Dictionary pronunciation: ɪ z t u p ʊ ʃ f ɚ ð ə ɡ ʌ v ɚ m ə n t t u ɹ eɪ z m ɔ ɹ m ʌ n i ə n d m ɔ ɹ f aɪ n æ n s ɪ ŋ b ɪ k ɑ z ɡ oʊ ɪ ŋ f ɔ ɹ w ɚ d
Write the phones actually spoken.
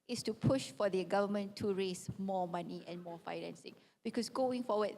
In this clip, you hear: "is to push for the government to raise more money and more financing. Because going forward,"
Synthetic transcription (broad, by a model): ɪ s t u p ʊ ʃ f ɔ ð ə ɡ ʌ v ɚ m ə n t t u ɹ eɪ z m ɔ m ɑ n i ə n m ɔ f aɪ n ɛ n s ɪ ŋ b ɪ k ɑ s ɡ oʊ ɪ ŋ f ɔ w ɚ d